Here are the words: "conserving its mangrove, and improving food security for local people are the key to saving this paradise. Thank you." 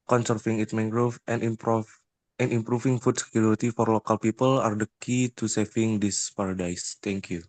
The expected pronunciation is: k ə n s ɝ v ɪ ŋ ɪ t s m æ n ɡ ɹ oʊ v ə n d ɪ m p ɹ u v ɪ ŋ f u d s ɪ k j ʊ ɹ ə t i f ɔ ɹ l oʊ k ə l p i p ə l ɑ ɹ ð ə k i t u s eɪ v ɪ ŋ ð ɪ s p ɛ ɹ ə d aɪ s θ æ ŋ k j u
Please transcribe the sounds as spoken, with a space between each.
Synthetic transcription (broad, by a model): k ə n s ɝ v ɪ ŋ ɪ t m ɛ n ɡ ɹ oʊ f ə n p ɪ m p ɹ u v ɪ ŋ f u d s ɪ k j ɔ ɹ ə t i f ɔ ɹ l oʊ k ə l p i p ə l ɑ ɹ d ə k i t u s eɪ f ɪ ŋ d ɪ s p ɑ ɹ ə d aɪ s t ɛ ŋ k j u